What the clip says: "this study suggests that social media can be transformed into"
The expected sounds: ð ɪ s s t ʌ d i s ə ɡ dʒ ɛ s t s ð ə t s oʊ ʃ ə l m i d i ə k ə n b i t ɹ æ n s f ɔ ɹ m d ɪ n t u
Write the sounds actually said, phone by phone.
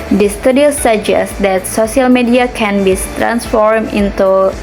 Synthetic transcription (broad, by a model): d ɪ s s t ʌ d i s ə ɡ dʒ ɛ s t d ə t s oʊ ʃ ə l m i d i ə k ə n b i t ɹ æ n s f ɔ ɹ m ɪ n t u